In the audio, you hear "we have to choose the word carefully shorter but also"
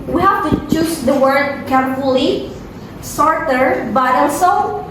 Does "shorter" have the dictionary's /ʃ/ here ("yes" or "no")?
no